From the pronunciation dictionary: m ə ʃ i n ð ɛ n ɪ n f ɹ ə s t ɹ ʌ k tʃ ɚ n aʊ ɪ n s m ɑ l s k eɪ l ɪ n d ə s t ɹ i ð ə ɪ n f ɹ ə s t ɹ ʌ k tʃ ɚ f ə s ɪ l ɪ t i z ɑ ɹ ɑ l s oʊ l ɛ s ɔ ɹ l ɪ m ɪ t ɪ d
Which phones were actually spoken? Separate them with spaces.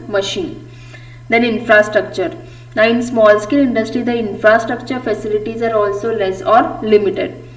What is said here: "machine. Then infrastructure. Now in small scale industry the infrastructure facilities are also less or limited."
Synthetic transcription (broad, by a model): m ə ʃ i n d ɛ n ɪ n f ɹ ə s t ɹ ʌ k tʃ ɚ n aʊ ɪ n s m ɑ l s k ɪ l ɪ n d ə s t ɹ i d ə ɪ n f ɹ ə s t ɹ ʌ k tʃ ɚ f ə s ɪ l ɪ t i z ɑ ɹ ɑ l s oʊ l ɛ s ɔ ɹ l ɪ m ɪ t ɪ d